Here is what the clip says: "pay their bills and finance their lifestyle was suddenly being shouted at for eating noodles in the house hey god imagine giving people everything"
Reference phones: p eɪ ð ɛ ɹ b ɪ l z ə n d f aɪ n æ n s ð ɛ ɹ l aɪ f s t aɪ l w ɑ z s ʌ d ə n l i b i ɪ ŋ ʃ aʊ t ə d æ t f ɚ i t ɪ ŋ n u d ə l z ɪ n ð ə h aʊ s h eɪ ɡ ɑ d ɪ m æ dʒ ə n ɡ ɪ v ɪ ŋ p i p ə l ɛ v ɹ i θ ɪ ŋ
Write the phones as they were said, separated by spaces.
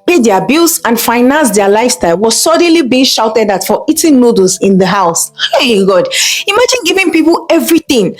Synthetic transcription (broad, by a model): p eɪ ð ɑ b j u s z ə n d f aɪ n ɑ n s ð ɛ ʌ l aɪ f s t aɪ l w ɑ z s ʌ d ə n l i b i ɪ ŋ ʃ aʊ t ə d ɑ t f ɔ i t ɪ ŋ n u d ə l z ɪ n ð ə h aʊ s h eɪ ɡ ɑ d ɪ m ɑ dʒ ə n ɡ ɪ v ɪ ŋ p i p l ɛ v ɹ i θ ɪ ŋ